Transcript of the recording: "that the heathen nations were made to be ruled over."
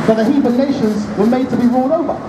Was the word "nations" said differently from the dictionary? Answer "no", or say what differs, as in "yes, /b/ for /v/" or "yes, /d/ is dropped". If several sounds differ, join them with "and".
no